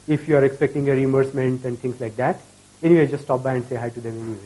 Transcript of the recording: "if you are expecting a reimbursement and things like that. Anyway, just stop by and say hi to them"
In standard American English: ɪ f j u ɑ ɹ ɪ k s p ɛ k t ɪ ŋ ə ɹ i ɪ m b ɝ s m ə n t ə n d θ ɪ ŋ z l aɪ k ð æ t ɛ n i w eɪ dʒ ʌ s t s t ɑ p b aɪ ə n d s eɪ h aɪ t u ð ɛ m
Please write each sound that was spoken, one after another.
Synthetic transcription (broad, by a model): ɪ f j u ɑ ɹ ɪ k s p ɛ k t ɪ ŋ ə ɹ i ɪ m ɝ s m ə n t ə n d t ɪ ŋ s l aɪ k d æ t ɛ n i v eɪ dʒ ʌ s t s t ɑ p b aɪ ə n d s eɪ h aɪ t u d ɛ m